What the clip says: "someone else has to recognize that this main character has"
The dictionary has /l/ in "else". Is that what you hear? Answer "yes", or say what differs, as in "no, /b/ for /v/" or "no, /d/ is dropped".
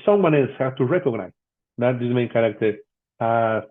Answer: no, /n/ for /l/